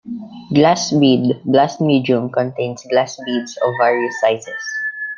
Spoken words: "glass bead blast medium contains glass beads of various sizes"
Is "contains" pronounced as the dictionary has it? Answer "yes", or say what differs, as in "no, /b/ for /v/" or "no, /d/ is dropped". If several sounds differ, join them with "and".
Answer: no, /s/ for /z/